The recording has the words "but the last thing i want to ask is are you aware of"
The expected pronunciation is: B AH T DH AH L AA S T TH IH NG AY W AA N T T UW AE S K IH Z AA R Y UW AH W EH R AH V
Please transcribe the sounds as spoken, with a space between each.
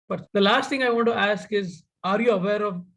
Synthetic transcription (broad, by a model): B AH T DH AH L AA S T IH NG AY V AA N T T UW AE S K IH Z AA R Y UW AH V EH R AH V